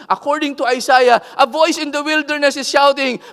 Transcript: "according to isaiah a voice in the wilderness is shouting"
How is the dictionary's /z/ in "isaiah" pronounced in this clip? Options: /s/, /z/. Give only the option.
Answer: /s/